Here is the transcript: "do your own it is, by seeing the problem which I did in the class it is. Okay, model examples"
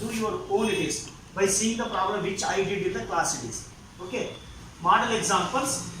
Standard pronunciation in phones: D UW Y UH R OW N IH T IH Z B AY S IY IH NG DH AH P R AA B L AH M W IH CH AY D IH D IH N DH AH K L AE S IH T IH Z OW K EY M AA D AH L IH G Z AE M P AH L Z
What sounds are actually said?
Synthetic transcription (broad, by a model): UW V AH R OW L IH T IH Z B AY S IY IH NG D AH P R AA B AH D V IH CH AY D IH D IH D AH K L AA S IH T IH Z OW K EY M AA D AH L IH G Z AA M P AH L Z